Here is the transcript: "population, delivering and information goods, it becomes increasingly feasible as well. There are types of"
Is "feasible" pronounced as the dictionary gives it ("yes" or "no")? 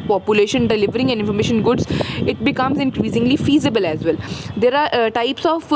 yes